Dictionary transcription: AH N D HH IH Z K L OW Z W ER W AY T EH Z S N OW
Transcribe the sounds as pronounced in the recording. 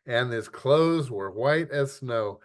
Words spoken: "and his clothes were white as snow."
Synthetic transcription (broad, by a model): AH N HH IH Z K L OW Z W ER W AY T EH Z S N OW